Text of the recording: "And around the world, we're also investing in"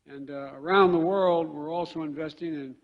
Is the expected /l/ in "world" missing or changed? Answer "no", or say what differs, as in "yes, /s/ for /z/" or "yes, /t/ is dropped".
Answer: no